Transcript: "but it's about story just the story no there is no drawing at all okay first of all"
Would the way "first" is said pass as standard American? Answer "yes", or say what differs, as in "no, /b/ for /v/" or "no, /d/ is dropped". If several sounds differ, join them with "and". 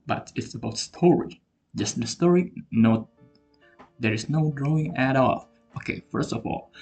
yes